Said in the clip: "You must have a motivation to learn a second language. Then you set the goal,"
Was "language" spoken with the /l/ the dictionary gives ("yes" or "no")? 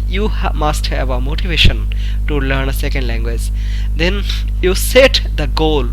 yes